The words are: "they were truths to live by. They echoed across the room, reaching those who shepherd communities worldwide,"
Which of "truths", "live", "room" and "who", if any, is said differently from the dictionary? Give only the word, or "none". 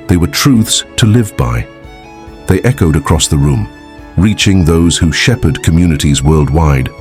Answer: none